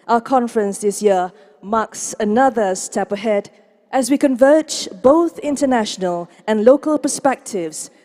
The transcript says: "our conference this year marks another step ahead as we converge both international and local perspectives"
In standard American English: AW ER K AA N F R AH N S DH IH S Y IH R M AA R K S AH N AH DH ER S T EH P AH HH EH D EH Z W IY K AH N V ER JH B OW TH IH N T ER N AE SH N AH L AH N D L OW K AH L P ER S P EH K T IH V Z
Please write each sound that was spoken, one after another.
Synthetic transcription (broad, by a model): AW ER K AA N F R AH N S DH IH S Y IH R M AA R K S AH N AH DH ER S T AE P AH HH EH D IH Z W IY K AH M V ER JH B OW TH IH N T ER N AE SH N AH L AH N L OW K AH L P ER S P EH K T IH V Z